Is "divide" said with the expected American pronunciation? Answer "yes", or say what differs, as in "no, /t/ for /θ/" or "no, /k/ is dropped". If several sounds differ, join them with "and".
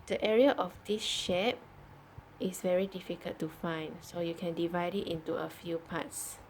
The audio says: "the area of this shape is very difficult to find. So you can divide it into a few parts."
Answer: yes